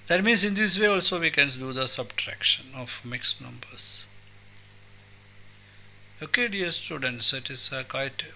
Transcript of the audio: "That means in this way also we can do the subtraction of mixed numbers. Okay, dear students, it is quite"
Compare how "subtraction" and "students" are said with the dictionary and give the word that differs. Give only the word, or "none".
none